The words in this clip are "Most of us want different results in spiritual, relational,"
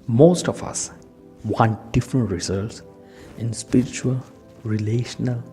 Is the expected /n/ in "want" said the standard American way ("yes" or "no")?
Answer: yes